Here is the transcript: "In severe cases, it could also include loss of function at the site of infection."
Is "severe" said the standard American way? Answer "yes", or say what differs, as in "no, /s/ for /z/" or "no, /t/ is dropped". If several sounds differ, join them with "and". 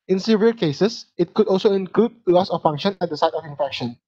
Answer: no, /l/ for /ɹ/